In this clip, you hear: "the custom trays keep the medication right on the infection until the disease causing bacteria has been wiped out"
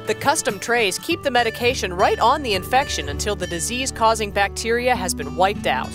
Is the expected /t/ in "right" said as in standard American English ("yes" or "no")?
yes